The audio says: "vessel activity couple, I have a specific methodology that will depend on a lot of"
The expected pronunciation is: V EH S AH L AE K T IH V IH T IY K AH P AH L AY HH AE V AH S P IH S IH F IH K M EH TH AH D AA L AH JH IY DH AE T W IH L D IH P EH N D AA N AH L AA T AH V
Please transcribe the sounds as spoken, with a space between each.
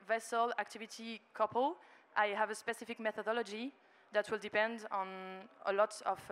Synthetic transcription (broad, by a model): V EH S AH L AE K T IH V IH T IY K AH P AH L AY HH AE V AH S P IH S IH F IH K M EH TH AH D AA L AH JH IY DH AE T W IH L D IH P EH N D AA N AH L AA T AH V